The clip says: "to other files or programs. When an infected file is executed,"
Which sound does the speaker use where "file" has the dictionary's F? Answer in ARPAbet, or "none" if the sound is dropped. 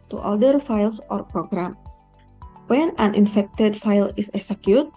F